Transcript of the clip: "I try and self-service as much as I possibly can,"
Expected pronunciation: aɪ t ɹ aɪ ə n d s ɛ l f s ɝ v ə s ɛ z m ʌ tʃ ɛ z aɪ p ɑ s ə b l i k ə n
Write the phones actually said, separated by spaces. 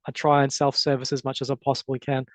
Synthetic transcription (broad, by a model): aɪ t ɹ aɪ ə n s ɛ l f s ɝ v ə s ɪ z m ʌ tʃ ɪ z aɪ p ɑ s ə b l i k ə n